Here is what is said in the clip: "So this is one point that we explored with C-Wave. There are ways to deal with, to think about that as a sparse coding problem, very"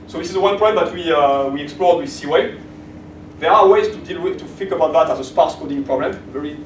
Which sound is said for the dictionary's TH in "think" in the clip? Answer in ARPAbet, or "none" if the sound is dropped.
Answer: F